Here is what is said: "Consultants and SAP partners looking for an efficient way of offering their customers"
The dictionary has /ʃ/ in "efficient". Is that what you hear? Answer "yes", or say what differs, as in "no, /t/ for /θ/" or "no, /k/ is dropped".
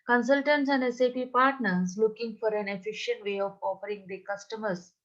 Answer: yes